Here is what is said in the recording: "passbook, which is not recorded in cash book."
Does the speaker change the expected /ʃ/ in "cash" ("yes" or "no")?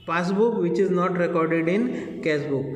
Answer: yes